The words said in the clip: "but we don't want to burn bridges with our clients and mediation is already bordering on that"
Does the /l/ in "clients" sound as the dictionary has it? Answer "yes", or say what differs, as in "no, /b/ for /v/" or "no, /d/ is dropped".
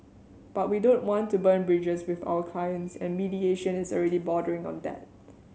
no, /l/ is dropped